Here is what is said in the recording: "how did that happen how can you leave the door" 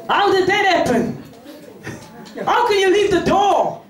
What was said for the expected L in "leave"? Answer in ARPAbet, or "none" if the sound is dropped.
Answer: L